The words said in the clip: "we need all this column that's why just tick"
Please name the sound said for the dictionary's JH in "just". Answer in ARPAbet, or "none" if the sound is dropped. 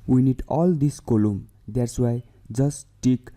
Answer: Z